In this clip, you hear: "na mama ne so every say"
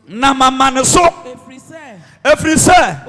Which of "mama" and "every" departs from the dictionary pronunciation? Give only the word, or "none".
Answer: every